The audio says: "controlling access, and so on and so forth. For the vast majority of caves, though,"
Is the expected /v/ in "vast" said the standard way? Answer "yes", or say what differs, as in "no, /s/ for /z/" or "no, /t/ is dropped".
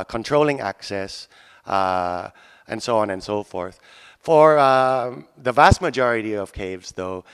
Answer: yes